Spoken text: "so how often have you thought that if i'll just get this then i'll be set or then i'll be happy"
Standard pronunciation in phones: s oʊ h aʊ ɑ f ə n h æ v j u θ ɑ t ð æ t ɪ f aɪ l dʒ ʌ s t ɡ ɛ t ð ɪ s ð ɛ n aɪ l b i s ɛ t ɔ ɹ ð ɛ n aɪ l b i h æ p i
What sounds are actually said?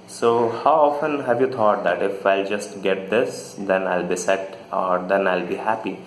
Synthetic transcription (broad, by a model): s oʊ h aʊ ɑ f ə n h æ v j u t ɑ t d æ t ɪ f aɪ l dʒ ʌ s t ɡ ɛ t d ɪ s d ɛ n aɪ l b i s ɛ t ɔ ɹ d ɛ n aɪ l b i h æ p i